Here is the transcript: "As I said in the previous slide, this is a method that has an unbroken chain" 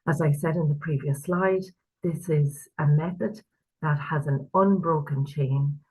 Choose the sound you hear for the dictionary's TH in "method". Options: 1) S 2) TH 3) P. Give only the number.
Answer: 2